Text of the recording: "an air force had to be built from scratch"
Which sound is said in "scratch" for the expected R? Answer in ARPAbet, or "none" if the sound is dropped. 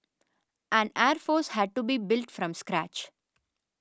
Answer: R